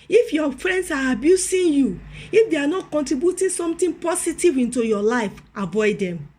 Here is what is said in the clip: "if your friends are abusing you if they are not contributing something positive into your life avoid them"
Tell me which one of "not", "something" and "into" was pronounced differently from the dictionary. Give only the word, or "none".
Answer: something